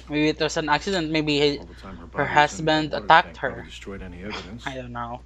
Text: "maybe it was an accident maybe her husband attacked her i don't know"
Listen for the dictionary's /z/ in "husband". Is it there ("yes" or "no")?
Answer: no